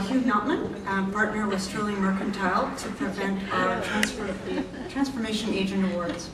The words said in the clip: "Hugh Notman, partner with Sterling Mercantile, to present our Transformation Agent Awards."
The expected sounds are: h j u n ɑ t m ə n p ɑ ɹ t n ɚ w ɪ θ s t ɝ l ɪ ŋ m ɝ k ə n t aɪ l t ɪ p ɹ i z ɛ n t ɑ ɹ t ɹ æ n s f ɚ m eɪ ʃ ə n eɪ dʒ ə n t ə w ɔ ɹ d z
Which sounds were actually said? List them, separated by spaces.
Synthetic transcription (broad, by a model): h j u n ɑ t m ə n p ɑ ɹ t n ɚ w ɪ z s t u l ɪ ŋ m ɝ k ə n t aɪ l t ɪ p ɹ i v ɛ n t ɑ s t ɹ æ n s f ɚ m eɪ ʃ ə n eɪ dʒ ə n t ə w ɔ ɹ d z